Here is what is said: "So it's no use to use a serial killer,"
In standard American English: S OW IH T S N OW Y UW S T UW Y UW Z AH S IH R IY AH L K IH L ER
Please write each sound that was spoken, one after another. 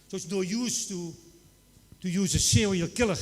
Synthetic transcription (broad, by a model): S OW IH T S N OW Y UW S T UW Y UW Z AH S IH W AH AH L K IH L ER